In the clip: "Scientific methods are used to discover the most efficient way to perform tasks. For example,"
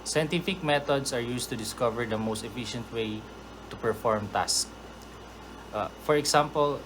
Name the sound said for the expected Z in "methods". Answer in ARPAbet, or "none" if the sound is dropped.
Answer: S